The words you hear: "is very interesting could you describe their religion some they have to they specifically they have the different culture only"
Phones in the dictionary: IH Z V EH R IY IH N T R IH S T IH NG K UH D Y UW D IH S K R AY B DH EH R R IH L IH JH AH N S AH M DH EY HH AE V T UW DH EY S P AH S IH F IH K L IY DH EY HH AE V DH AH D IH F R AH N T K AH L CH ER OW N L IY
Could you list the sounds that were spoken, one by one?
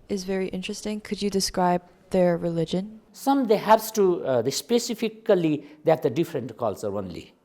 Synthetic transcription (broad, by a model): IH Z V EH R IY IH N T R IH S T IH NG K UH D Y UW D IH S K R AY B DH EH R R IH L IH JH AH N S AH M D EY HH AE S T UW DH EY S P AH S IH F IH K L IY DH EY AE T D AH D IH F R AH N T K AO L S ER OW N L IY